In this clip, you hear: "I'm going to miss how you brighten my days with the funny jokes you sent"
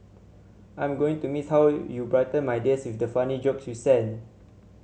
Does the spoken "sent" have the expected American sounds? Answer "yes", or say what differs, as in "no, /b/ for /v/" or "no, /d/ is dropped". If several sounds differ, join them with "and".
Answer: no, /t/ is dropped